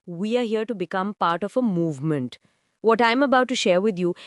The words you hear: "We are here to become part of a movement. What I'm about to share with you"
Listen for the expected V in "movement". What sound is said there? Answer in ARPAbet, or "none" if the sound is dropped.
V